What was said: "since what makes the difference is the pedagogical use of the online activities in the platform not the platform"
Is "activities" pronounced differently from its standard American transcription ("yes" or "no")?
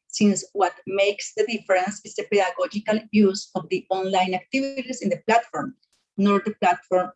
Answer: yes